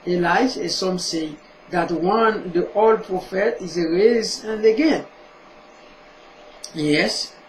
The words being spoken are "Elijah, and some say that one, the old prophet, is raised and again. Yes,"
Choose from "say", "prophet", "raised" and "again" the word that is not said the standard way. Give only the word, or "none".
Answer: raised